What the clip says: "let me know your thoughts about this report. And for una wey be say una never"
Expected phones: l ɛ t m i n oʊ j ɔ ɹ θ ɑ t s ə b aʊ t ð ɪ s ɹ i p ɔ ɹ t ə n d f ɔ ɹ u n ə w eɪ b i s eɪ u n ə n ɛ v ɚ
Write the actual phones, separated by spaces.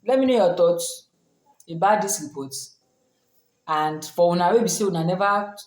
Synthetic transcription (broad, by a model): l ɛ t m i n oʊ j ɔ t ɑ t ə b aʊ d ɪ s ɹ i p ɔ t ə n d f ɔ w u n ə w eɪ b i s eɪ u n ə n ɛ v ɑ